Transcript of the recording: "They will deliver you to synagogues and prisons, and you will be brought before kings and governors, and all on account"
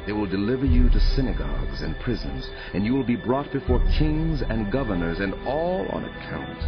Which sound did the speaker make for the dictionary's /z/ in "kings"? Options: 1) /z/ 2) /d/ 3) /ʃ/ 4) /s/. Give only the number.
1